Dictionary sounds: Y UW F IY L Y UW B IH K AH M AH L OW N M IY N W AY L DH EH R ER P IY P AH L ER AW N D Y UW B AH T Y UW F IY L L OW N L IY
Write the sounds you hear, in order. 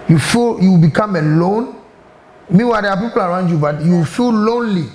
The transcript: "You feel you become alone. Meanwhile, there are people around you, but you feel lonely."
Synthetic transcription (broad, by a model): Y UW F IY L Y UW B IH K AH M AH L OW N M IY W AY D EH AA P IY P AH L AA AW N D Y UW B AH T Y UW F IY L L OW N L IY